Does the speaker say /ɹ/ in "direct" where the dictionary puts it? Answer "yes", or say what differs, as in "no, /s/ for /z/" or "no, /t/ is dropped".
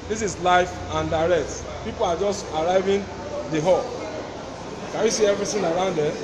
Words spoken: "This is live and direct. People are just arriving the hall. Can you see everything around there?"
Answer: yes